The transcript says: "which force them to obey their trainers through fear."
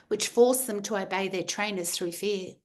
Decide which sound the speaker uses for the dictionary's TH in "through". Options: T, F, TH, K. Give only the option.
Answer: TH